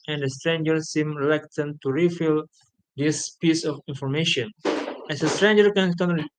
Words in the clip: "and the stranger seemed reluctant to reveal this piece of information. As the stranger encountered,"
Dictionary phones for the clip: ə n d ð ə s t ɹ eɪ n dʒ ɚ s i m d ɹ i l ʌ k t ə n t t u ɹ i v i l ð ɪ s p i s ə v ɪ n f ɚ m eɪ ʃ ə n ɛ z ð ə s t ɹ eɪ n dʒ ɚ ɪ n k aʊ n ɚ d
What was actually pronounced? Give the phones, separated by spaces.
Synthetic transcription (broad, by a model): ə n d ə s t ɹ eɪ n dʒ ɚ s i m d ɹ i l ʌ k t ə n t t u ɹ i f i l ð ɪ s p i s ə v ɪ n f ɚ m eɪ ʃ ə n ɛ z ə s t ɹ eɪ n dʒ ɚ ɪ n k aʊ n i